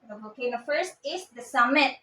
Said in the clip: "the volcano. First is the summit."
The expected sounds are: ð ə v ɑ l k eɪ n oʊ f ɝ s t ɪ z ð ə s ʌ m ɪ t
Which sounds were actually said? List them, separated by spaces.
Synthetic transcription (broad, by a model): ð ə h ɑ k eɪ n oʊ f ɝ s t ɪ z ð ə s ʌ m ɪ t